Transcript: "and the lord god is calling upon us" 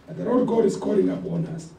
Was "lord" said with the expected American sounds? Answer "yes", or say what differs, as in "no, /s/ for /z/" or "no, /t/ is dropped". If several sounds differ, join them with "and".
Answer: no, /l/ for /ɹ/